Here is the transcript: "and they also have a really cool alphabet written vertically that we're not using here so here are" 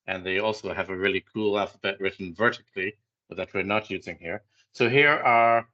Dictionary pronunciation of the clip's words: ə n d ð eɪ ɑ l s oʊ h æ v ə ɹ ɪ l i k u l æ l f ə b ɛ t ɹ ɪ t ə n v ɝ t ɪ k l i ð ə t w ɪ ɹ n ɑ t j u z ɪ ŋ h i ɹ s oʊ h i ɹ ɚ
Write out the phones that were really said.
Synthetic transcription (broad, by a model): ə n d ð eɪ ɑ l s oʊ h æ v ə ɹ ɪ l i k u l æ l f ə b ɛ t ɹ ɪ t n v ɝ t ɪ k l i ð ə t w ɪ ɹ n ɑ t j u z ɪ ŋ h i ɹ s oʊ h i ɹ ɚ